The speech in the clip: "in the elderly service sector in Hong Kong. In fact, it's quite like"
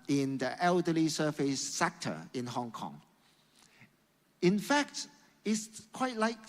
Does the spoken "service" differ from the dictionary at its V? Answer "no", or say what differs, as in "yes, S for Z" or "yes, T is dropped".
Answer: yes, F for V